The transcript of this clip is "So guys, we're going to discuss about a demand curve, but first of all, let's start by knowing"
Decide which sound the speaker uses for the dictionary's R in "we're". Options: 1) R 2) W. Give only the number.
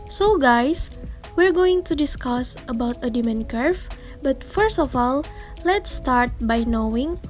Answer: 1